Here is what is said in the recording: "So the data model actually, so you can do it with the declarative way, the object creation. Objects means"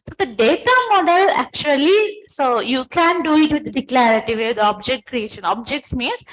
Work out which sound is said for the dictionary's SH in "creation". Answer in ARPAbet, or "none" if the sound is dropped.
SH